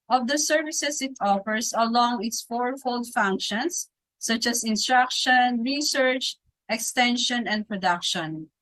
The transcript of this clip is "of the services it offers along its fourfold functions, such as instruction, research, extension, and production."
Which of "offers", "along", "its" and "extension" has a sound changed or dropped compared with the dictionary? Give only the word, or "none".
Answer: offers